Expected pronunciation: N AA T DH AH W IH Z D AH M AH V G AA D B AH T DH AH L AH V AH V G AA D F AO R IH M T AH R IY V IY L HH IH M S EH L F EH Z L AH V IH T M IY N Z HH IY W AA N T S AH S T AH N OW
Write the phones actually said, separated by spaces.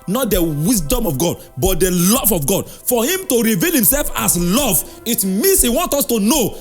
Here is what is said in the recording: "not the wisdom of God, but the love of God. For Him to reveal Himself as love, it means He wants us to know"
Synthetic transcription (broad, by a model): N AA T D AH W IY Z D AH M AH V G AA D B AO T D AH L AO V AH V G AA D F AO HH IH M T AH R IY V IY L HH IH M S EH L F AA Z L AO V IH T M IY N S HH IY W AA N T AO S T AH N OW